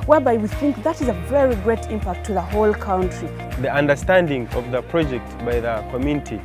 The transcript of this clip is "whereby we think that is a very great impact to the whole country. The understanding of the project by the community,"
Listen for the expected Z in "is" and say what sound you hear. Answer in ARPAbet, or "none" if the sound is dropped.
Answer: Z